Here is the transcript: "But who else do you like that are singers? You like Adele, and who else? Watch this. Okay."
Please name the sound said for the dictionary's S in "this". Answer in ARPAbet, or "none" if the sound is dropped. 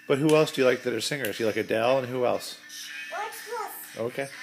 none